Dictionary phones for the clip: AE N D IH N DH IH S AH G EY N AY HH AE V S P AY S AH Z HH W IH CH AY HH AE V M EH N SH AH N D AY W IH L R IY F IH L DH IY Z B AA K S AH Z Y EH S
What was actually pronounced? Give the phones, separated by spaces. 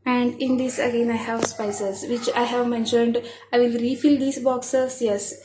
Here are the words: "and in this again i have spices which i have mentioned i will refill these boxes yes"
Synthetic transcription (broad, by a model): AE N D IH N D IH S AH G EY N AY HH AE V S P AY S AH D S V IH CH AY HH AE V M EH N SH AH N D AY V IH L R IY F IH L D IY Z B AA K S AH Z Y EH S